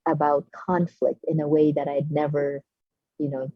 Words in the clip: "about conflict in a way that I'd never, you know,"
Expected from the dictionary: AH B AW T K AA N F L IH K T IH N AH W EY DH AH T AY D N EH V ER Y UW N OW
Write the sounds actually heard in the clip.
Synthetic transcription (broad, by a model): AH B AW T K AA N F L IH K T IH N AH W EY DH AH T AY D N EH V ER Y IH N OW